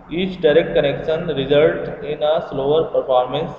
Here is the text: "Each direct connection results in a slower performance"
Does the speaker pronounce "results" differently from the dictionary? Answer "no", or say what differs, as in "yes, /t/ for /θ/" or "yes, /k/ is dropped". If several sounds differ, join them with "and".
yes, /s/ is dropped